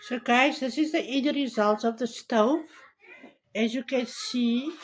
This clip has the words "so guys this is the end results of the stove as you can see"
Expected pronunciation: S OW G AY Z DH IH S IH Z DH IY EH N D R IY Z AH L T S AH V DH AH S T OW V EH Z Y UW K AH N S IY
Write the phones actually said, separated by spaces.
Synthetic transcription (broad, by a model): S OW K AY S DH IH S IH Z DH IY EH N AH R IY Z AH L T S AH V DH AH S T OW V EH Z Y UW K AH N S IY